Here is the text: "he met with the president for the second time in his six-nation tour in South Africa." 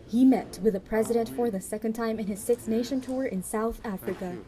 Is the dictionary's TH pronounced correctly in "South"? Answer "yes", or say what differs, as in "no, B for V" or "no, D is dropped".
yes